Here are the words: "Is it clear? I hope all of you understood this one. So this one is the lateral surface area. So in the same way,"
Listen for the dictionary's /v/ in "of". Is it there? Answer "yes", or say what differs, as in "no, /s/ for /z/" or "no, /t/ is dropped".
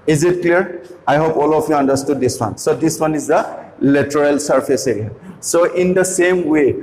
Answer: no, /p/ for /v/